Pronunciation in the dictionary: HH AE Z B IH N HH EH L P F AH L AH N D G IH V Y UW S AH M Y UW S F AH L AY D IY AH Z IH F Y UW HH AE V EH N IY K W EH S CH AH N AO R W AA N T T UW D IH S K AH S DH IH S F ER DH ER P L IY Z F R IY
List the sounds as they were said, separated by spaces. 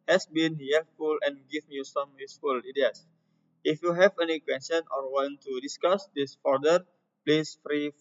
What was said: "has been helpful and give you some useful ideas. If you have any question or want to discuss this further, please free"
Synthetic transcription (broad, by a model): HH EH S B IH N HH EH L F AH L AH N G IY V Y UW S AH M Y UW S F AH L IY D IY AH S IH F Y UW HH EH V EH N IY K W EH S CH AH N AO R W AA N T T UW D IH S K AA S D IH S F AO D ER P L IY S F R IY